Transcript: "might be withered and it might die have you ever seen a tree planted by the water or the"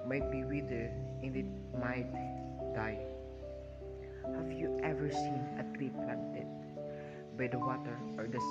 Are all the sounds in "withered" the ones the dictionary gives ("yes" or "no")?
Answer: no